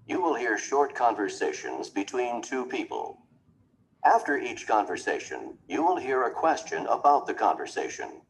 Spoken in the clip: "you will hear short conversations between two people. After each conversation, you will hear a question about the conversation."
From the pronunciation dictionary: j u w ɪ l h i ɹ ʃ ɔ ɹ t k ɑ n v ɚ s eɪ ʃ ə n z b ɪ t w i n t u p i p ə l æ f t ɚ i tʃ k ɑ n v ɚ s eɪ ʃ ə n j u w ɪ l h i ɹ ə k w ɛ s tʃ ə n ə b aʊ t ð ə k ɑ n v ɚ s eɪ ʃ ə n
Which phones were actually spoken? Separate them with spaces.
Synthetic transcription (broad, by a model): j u w ɪ l h i ɹ ʃ ɔ ɹ t k ɑ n v ɚ s eɪ ʃ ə n z b ɪ t w i n t u p i p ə l æ f t ɚ i tʃ k ɑ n v ɚ s eɪ ʃ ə n j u w ɪ l h i ɹ ə k w ɛ s tʃ ə n ə b aʊ t ð ə k ɑ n v ɚ s eɪ ʃ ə n